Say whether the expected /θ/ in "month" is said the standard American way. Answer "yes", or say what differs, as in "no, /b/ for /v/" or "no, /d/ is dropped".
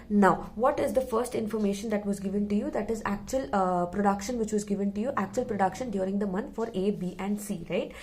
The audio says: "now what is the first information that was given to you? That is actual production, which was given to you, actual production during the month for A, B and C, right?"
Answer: no, /t/ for /θ/